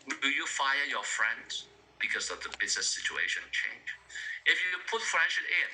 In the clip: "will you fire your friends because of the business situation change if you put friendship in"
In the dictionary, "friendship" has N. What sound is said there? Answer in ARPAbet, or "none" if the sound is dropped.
none